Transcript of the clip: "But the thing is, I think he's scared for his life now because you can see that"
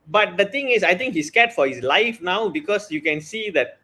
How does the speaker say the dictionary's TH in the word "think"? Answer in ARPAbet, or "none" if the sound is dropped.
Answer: T